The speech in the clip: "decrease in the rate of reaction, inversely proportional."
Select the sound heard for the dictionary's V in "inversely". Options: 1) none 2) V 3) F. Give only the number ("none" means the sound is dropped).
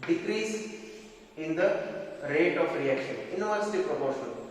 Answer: 1